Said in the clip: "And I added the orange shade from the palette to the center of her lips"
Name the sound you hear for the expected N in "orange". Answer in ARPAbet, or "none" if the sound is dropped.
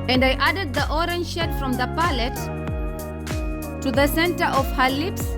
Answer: N